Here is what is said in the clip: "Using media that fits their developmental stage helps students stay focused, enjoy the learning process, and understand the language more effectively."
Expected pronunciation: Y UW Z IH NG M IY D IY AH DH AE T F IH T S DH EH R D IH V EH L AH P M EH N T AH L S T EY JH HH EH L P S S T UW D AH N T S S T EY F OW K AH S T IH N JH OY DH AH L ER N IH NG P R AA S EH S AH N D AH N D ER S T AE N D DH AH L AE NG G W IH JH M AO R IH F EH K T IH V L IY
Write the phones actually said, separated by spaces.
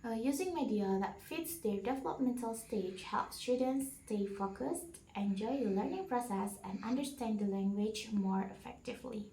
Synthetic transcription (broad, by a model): Y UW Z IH NG M IY D IY AH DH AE T F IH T S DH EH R D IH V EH L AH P M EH N T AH L S T EY JH HH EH L P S S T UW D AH N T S S T EY F OW K AH S T IH N JH OY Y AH L ER N IH NG P R AA S EH S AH N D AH N D ER S T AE N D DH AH L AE NG G W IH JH M AO R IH F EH K T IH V L IY